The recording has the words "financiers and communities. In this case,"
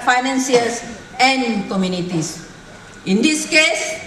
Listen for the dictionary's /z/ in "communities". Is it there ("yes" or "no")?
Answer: no